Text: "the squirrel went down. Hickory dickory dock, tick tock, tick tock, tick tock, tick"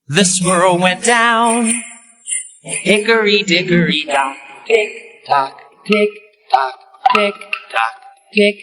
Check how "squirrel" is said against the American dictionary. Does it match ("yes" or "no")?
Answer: no